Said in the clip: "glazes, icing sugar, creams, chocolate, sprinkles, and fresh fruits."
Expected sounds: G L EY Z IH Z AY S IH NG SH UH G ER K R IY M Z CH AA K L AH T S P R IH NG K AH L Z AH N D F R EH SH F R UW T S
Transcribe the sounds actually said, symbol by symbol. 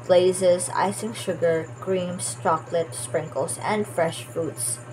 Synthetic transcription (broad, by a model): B L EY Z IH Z AY S IH NG SH UH G ER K R IY M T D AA K L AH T S P R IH NG K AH L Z AH N D F R EH SH F R UW T S